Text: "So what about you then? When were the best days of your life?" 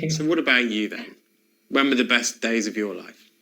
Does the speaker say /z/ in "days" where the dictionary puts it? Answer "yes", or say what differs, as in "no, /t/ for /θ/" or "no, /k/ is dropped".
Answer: yes